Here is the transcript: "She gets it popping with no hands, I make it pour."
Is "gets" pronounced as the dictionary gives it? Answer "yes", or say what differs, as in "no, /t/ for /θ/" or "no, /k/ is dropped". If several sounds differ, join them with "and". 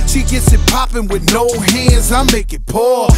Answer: yes